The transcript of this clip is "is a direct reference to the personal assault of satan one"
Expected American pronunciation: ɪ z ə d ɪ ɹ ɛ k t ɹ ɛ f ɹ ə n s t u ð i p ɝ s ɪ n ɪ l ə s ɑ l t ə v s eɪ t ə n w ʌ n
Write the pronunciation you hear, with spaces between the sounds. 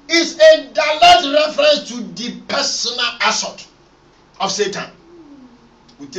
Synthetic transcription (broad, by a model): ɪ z ə d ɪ l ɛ t ɹ ɛ f ɹ ə n s t u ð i p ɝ s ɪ n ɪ l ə s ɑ t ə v s eɪ t ə n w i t